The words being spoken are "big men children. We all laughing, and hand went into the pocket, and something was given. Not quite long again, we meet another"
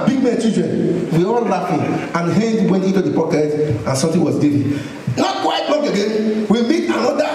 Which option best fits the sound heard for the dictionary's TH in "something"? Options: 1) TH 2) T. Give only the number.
2